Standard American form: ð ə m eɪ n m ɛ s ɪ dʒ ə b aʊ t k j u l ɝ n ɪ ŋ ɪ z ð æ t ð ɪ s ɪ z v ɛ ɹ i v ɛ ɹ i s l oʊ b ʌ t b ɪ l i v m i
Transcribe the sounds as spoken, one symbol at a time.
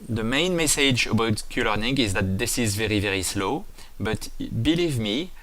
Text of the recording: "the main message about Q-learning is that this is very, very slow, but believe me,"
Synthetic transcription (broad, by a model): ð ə m eɪ n m ɛ s ɪ dʒ ə b aʊ t k j u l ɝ n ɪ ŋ ɪ z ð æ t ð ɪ s ɪ z v ɛ ɹ i v ɛ ɹ i s l oʊ b ʌ t b ɪ l i v m i